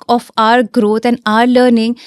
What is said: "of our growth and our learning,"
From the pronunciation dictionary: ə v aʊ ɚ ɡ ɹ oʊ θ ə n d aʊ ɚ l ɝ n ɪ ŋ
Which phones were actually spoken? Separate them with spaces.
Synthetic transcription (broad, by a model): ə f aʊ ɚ ɡ ɹ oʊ t ə n d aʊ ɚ l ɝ n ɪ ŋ